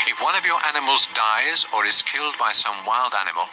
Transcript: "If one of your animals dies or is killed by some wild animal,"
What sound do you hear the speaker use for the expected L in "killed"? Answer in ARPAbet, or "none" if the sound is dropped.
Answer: L